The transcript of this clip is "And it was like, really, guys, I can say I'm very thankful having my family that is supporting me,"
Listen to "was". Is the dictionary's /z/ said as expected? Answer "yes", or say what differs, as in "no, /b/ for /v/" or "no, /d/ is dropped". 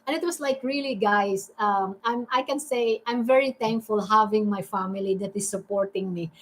no, /s/ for /z/